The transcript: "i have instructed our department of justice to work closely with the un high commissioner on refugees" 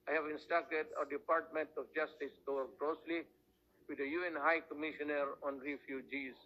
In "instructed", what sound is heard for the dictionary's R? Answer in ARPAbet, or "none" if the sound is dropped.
none